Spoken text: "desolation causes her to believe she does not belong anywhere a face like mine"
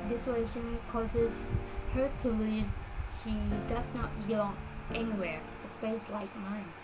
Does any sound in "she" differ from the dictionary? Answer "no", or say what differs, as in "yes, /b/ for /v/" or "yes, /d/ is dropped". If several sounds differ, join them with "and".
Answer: no